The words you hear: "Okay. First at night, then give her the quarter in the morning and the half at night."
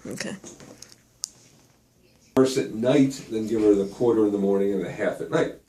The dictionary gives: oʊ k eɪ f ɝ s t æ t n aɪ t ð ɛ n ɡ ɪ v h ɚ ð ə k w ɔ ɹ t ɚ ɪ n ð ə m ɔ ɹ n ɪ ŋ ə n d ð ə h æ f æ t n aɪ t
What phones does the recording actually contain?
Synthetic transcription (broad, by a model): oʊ k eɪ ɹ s ɪ t n aɪ t ð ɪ n ɡ ɪ v ɚ ð ə k w ɔ ɹ t ɚ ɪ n ð ə m ɔ ɹ n ɪ ŋ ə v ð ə h æ f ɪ t n aɪ t